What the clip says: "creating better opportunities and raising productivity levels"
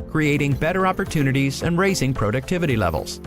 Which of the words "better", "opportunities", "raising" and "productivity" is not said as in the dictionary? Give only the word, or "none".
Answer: none